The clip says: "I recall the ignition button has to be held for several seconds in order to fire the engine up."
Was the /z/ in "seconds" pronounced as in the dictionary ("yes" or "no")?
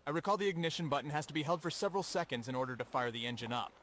yes